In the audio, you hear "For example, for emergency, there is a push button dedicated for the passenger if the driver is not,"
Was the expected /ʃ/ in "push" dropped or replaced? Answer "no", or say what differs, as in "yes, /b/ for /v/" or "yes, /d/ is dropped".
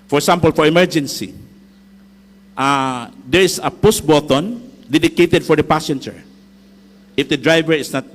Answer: yes, /s/ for /ʃ/